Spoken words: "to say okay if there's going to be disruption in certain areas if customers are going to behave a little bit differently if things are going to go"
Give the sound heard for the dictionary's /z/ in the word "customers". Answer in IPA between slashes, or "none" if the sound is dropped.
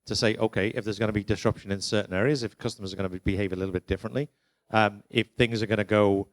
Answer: /z/